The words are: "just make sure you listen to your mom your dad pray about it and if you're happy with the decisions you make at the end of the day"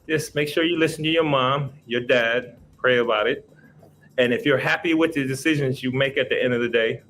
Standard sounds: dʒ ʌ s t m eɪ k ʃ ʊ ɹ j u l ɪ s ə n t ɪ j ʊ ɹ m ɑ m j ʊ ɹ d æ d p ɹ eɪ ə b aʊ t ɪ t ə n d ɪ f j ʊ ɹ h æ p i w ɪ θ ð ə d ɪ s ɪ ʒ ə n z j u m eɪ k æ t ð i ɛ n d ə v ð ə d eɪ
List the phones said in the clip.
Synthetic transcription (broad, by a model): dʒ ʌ s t m eɪ k ʃ ʊ ɹ j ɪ l ɪ s n t ɪ j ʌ ɹ m ɑ m j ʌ ɹ d æ d p ɹ eɪ ə b aʊ t ɪ t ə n ɪ f j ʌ ɹ h æ p i w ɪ ð ə d ɪ s ɪ ʒ ə n z j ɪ m eɪ k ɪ t ð i ɛ n d ə v ð ə d eɪ